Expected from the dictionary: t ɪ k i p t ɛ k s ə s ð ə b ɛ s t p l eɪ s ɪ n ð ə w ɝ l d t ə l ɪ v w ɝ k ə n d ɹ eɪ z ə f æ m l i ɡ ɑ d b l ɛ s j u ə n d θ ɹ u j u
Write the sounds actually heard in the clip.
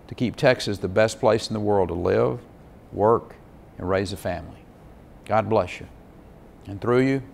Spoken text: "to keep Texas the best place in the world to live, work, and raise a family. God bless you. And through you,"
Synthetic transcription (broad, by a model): t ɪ k i p t ɛ k s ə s ð ə b ɛ s p l eɪ s n ð ə w ɝ l d t ə l ɪ v w ɝ k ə n ɹ eɪ z ə f æ m l i ɡ ɑ d b l ɛ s j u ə n θ ɹ u j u